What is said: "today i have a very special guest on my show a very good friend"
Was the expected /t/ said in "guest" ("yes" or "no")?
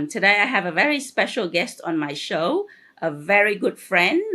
yes